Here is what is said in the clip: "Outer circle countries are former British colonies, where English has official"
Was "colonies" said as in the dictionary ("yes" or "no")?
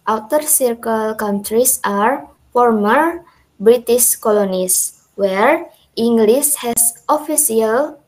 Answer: no